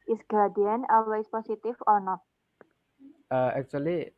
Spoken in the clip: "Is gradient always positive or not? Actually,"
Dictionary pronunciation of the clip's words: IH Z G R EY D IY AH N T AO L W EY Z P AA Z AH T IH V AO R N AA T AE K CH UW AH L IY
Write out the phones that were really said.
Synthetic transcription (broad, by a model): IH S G AA D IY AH N AO L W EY S P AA S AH T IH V AO R N AA T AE K CH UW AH L IY